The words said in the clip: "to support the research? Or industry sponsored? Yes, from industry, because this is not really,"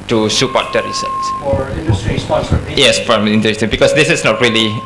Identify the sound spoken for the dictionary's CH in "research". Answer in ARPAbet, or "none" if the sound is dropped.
S